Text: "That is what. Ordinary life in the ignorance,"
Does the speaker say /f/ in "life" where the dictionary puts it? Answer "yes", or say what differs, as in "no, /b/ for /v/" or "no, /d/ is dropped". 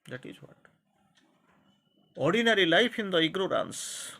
no, /p/ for /f/